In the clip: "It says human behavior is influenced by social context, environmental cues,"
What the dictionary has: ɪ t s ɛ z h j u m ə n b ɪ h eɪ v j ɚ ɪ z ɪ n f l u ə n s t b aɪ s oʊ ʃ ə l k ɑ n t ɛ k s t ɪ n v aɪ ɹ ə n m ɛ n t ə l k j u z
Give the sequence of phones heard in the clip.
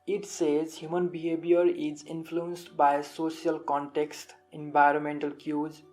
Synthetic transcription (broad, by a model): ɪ t s ɛ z h j u m ə n b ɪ h eɪ b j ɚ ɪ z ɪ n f l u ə n s t b aɪ s oʊ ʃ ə l k ɑ n t ɛ k s t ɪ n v aɪ ɹ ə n m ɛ n t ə l k j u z